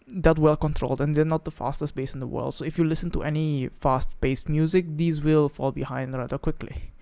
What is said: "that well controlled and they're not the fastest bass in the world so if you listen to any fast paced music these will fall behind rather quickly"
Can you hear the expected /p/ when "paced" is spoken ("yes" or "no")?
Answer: no